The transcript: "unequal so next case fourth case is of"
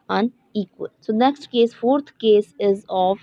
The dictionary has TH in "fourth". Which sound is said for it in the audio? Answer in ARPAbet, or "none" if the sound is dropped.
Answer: T